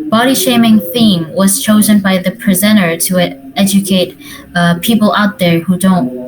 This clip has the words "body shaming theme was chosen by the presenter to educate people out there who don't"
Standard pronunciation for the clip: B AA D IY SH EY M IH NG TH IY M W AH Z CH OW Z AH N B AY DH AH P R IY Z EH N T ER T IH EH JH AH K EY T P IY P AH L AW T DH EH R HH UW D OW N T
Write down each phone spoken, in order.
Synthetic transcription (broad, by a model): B AA D IY SH EY M IH NG TH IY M W AH Z CH OW Z AH N B AY DH AH P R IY Z EH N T ER T IH EH JH AH K EY T P IY P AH L AW T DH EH R HH UW D OW N T